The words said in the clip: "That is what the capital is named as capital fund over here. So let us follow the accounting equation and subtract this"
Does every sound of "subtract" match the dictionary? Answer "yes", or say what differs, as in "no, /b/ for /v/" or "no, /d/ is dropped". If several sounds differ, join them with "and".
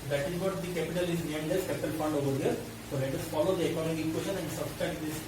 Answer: no, /k/ is dropped